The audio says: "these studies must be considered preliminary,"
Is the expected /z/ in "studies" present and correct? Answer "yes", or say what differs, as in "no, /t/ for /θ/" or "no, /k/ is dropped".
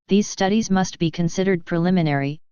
yes